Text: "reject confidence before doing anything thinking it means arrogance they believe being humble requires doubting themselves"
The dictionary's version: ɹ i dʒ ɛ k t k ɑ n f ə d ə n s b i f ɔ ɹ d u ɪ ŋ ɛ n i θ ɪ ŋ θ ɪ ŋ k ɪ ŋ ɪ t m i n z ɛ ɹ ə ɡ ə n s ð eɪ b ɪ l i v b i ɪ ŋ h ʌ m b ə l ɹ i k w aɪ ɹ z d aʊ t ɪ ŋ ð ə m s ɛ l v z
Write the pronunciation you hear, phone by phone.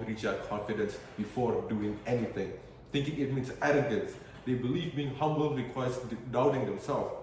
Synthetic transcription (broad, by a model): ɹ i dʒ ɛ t k ɑ n f ə d ə n s b i f ɔ ɹ d u ɪ ŋ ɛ n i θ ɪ ŋ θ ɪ ŋ k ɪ ŋ ɪ t m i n s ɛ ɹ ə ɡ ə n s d eɪ b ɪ l i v b i ɪ ŋ h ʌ m b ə l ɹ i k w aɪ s d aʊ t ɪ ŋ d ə m s ɛ l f